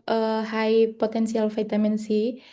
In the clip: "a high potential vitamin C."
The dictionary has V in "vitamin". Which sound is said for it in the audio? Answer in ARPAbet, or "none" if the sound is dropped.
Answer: F